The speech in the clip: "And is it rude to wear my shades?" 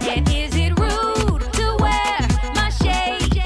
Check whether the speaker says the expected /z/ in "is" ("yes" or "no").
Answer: yes